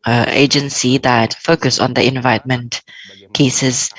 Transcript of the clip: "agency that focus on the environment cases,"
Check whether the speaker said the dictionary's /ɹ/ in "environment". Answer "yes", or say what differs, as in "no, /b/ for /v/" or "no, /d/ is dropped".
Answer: no, /ɹ/ is dropped